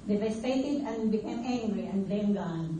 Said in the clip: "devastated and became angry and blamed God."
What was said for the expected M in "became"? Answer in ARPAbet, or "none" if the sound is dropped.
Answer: none